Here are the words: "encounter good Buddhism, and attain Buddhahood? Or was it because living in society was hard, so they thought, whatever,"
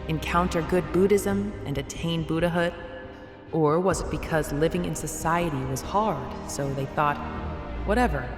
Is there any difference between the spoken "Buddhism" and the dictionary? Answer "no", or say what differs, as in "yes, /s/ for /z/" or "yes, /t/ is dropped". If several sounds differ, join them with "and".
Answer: no